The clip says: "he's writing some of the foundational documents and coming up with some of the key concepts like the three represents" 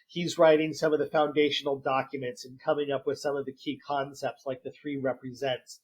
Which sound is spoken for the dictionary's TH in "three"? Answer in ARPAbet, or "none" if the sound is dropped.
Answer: TH